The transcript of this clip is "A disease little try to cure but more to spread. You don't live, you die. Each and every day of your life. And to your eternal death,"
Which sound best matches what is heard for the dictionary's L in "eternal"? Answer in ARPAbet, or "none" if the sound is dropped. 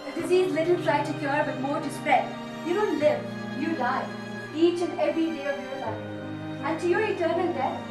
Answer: N